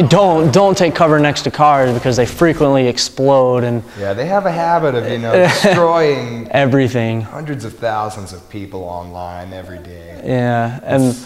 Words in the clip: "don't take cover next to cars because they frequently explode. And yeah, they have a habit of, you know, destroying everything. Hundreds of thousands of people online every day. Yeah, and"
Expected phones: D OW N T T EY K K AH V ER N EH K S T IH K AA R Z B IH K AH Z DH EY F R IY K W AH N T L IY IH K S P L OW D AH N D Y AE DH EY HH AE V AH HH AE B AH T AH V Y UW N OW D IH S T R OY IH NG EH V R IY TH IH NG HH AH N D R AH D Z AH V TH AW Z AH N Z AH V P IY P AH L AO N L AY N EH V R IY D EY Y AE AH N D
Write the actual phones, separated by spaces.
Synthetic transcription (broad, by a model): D OW N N T EY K K AH V ER N EH K S T IH K AA R Z B IH K AH Z DH EY F R IY K W AH N T L IY IH K S P L OW D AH N Y AE DH EY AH V AH HH AE B AH T AH V Y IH N OW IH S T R OY IH NG EH V R IY TH IH NG HH AH N D R AH D Z AH V TH AW Z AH N Z AH V P IY P L AO N L AY N EH V R IY D EY Y AE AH N